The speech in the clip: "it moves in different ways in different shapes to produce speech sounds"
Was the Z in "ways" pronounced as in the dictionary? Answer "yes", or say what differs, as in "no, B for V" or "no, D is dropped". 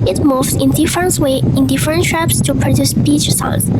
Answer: no, Z is dropped